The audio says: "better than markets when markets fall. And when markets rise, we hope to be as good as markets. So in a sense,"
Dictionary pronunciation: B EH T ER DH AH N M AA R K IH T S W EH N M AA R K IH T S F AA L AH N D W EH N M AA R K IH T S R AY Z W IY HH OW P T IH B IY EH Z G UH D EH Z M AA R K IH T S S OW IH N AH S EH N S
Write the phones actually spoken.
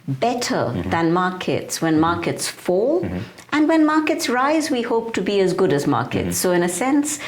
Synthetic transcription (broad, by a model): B EH T ER DH AH N M AA R K IH T S W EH N M AA R K IH T S F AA L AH N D W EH N M AA R K IH T S R AY Z W IY HH OW P T IH B IY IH Z G UH D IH Z M AA R K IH T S S OW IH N AH S EH N S